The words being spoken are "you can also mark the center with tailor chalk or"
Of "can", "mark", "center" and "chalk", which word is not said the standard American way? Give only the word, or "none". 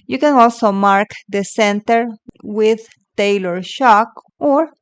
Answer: chalk